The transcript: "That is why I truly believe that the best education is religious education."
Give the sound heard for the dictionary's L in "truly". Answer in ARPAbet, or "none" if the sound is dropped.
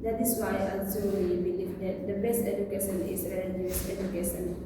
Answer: W